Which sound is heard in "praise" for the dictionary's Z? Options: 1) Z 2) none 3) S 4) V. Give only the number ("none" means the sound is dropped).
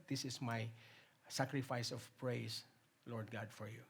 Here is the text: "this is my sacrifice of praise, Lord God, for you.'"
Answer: 3